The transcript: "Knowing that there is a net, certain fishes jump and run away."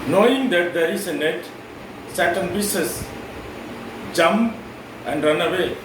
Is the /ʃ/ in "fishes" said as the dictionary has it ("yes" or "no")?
no